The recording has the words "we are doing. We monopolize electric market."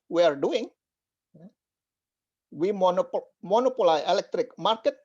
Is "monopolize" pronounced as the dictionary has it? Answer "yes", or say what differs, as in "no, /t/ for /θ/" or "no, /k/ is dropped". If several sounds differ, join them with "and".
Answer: no, /z/ is dropped